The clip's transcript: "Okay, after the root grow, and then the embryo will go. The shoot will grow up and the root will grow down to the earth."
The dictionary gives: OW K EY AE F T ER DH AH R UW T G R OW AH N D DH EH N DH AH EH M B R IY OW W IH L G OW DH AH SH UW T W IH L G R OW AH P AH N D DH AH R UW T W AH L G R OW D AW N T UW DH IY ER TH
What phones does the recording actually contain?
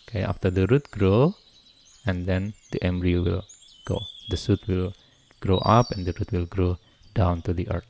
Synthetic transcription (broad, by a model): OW K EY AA F T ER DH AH R UW T G R OW AH N D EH N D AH EH M B R IY OW W IH L G OW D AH S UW T W IH L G R OW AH P AH N D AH R UW T W AH L G R OW D AW N T UW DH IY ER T